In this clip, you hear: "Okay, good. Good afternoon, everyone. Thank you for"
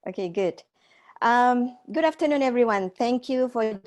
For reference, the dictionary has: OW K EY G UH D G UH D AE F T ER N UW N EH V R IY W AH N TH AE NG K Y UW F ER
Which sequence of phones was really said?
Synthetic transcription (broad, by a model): OW K EY G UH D G UH D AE F T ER N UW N EH V R IY W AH N TH AE NG K Y UW F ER